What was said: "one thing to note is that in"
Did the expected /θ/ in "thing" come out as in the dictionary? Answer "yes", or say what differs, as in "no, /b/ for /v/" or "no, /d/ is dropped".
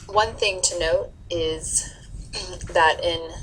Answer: yes